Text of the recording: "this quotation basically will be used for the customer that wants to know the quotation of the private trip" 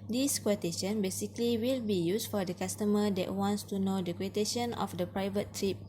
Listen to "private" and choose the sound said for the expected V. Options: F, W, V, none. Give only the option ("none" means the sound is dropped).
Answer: V